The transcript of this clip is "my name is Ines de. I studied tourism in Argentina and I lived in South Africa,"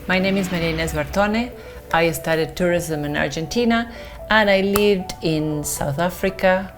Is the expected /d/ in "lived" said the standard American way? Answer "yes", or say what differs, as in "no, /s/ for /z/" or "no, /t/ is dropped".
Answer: yes